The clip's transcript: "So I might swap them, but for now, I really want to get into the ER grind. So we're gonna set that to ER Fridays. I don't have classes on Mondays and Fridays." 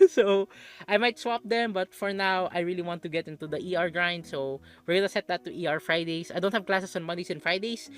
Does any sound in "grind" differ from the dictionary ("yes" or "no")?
no